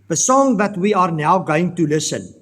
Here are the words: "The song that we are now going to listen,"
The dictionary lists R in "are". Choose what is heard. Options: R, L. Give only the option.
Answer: R